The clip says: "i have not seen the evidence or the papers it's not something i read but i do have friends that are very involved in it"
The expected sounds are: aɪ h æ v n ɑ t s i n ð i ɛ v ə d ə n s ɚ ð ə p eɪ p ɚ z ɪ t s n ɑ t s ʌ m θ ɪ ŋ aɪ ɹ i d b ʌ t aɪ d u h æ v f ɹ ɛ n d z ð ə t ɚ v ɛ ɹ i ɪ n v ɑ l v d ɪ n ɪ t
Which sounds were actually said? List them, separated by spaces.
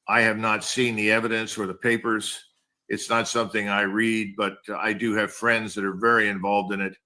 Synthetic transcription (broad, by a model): aɪ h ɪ v n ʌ t s i n ð i ɛ v ə d ə n s ɚ ð ə p eɪ p ɚ z ɪ t s n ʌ t s ʌ m θ ɪ ŋ aɪ ɹ i d b ʌ t aɪ d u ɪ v f ɹ ɛ n d z ð ə t ɚ v ɛ ɹ i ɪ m v ɑ l v d ɪ n ɪ t